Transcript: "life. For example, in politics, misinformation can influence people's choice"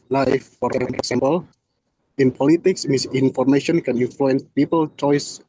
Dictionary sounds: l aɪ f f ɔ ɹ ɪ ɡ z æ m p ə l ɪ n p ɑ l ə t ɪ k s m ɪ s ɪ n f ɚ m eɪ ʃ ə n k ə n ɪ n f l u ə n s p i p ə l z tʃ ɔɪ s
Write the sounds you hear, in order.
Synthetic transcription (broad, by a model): l aɪ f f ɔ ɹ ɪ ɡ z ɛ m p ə l ɪ n p ɑ l ə t ɪ k s m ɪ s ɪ n f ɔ m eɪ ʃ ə n k ə n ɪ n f l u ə n s p i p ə l tʃ ɔɪ s